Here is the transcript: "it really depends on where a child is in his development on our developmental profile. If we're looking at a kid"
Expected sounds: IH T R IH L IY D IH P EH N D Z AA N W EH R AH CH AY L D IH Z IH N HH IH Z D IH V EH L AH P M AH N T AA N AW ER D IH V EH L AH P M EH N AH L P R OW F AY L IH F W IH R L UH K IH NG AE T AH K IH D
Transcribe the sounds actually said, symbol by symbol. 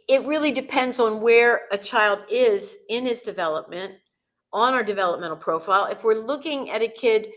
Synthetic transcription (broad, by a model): IH T R IH L IY D IH P EH N D Z N W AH R AH CH AY L D IH Z IH N IH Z D IH V EH L AH P M AH N T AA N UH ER D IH V EH L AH P M EH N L P R OW F AY L IH F W IH R L UH K IH NG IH T AH K IH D